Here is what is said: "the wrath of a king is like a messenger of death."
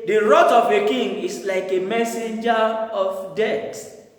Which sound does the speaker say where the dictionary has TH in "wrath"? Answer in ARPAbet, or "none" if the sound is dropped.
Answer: T